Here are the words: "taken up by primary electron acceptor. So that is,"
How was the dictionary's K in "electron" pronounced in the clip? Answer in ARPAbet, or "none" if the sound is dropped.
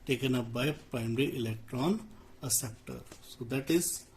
K